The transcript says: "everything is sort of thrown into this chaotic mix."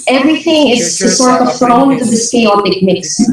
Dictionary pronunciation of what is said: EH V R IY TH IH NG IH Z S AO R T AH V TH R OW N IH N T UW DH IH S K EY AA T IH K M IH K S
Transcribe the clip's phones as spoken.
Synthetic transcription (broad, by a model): EH V R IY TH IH NG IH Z S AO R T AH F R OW IH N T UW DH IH S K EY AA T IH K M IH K S